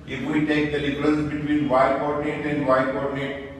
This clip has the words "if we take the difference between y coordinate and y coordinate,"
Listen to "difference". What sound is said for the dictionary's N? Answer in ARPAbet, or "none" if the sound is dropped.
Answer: L